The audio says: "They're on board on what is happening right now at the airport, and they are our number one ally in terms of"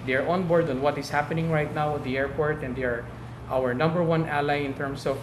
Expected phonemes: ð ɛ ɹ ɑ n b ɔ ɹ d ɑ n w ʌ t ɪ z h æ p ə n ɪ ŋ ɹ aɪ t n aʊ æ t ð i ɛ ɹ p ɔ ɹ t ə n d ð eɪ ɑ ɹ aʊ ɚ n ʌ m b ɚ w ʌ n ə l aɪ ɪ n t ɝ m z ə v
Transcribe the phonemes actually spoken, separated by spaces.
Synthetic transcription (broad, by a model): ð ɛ ɹ ɑ n b ɔ ɹ d ɑ n w ʌ t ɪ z h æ p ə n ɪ ŋ ɹ aɪ t n aʊ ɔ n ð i ɛ ɹ p ɔ ɹ t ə n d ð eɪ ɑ ɹ aʊ ɚ n ʌ m b ɚ w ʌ n ə l aɪ ɪ n t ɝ m s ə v